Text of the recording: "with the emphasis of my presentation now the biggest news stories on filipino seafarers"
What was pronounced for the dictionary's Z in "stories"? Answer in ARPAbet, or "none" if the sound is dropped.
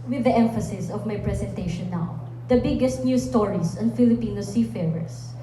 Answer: S